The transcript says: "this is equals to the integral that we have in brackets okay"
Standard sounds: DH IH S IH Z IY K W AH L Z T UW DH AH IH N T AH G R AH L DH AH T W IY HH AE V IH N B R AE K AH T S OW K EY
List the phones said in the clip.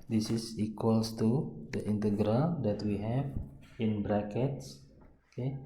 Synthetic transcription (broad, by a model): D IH S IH S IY K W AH L S T UW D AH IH N T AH G R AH L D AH T W IY HH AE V IH N B R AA K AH T S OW K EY